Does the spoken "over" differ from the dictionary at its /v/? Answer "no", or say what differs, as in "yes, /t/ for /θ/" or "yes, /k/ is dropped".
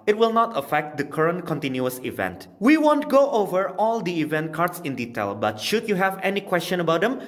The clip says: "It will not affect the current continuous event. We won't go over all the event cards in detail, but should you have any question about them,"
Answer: no